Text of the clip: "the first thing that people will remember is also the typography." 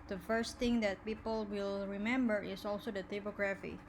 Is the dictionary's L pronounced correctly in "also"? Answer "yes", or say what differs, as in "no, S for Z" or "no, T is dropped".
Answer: yes